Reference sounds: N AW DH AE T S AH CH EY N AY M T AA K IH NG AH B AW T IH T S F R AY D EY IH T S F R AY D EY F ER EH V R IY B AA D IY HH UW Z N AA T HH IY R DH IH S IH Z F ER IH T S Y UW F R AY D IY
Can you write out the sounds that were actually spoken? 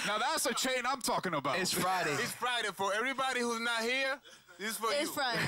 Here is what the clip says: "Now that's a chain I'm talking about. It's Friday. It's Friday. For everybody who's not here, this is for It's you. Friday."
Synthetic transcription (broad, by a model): N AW DH AE T S AH CH EY N AY M T AA K IH NG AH B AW IH T S F R AY D EY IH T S F R AY D EY F ER EH V R IY B AA D IY HH UW Z N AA T HH IY R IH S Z F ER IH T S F R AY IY